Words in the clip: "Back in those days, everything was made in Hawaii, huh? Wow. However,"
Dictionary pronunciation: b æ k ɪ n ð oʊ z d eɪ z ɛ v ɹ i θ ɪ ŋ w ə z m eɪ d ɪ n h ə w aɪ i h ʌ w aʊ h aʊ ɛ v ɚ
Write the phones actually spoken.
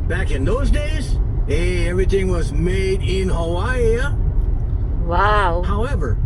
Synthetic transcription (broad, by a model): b æ k ɪ n ð oʊ z d eɪ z ɛ v ɹ i θ ɪ ŋ w ə z m eɪ d ɪ n h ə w aɪ w aʊ h aʊ ɛ v ɚ